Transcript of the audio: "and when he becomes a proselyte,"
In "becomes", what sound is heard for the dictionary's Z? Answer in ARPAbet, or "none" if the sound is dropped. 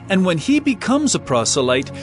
Z